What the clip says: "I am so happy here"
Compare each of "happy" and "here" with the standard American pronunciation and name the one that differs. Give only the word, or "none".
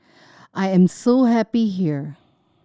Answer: none